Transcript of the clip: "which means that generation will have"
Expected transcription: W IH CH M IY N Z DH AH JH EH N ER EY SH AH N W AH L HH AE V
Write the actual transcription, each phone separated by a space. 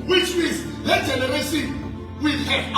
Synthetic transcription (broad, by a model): W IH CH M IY Z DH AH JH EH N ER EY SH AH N W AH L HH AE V